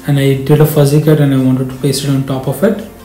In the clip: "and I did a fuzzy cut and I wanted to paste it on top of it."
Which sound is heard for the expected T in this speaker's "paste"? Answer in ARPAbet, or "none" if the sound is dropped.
none